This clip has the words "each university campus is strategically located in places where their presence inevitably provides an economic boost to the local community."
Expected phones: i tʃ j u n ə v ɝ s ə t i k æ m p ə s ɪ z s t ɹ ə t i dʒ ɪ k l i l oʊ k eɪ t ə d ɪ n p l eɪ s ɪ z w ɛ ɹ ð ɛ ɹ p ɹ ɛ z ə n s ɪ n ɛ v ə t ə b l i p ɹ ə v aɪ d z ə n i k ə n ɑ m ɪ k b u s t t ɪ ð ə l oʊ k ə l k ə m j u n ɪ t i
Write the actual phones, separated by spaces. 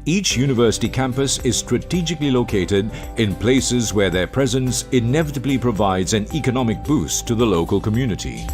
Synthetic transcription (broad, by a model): i tʃ j u n ə v ɝ s ə t i k æ m p ə s ɪ z s t ɹ ə t i dʒ ɪ k l i l oʊ k eɪ t ə d ɪ n p l eɪ s ɪ z w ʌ ɹ ð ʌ ɹ p ɹ ɛ z ə n s ɪ n ɛ v ə t ə b l i p ɹ ə v aɪ d z ə n i k ə n ɑ m ɪ k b u s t t ɪ ð ə l oʊ k ə l k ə m j u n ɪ t i